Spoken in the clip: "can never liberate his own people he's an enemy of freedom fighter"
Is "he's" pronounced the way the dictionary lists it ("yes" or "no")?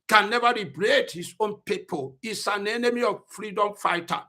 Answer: no